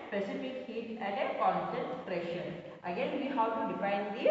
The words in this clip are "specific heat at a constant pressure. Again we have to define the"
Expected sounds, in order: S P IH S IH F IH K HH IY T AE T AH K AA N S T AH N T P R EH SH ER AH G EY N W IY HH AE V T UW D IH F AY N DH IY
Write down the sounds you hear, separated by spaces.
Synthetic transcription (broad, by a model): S P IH S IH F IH K HH IY T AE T AH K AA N T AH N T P R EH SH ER AH G EY N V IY HH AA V T UW D IH F AY N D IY